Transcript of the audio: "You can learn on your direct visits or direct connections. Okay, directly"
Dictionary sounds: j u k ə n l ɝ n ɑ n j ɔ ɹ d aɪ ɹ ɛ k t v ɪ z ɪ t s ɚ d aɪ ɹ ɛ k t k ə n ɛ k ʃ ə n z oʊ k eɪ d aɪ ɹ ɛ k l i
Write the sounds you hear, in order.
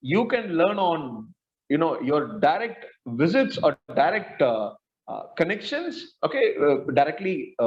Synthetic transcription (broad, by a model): j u k ə n l ɝ n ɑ n j ɔ ɹ d aɪ ɹ ɛ k t v ɪ z ɪ t s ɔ d aɪ ɹ ɛ k t k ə n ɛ k ʃ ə n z oʊ k eɪ d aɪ ɹ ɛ k l i